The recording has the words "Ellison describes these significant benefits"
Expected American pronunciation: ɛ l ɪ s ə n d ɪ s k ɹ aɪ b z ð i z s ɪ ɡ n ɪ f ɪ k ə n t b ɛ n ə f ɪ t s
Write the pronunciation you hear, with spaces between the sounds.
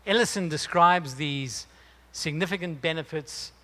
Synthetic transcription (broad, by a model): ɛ l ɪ s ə n d ɪ s k ɹ aɪ b z ð i z s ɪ ɡ n ɪ f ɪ k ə n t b ɛ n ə f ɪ t s